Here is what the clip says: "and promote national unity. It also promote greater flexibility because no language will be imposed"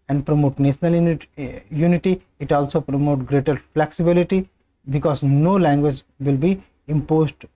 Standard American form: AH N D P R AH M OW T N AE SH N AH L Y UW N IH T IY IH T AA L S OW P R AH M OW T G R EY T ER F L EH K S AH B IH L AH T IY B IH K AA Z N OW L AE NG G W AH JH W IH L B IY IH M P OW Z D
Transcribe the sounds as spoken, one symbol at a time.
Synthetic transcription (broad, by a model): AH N D P R AH M OW T N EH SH N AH L Y UW N IH T IY IH T AA L S OW P R AH M OW T G R EY T ER F L EH K S AH B IH L AH T IY B IH K AA Z N OW L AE NG G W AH JH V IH L B IY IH M P OW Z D